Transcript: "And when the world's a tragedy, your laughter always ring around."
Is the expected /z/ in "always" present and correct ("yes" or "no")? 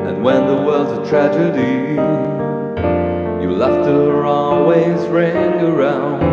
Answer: yes